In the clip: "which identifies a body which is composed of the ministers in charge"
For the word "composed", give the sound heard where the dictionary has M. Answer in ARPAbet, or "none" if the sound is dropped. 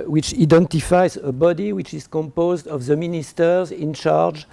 M